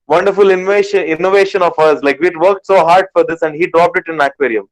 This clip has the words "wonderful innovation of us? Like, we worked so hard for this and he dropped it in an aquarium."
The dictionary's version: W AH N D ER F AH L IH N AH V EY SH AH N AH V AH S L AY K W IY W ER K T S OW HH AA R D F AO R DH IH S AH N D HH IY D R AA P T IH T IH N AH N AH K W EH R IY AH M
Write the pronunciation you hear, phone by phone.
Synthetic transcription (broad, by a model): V AH N D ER F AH L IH N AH V EY SH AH N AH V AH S L AY K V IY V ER K T S OW HH AA R D F AO R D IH S AH N D HH IY D R AA P T IH T IH N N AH K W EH R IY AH M